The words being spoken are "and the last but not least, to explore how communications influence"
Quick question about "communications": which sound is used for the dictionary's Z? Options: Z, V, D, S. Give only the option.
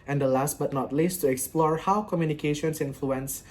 S